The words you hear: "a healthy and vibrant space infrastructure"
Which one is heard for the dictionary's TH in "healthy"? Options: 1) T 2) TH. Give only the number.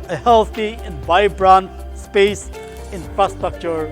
1